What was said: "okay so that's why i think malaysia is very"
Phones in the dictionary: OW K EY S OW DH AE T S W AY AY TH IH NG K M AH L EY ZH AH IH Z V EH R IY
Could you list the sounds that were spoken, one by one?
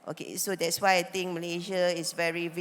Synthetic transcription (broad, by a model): OW K EY S OW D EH T S W AY AY T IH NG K M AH L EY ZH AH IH S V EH R IY